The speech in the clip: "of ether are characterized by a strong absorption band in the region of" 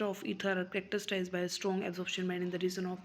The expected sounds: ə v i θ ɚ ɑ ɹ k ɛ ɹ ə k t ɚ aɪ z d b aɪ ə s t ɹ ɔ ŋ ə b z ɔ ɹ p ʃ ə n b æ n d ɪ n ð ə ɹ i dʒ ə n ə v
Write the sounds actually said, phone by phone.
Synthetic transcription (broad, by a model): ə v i t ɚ ɑ ɹ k ɹ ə k t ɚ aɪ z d b aɪ ə s t ɹ ɔ ŋ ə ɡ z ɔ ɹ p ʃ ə n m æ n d ɪ n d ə ɹ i z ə n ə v